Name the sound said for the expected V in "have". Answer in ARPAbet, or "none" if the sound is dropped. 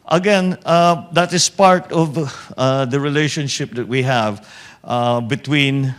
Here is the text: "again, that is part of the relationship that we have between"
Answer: V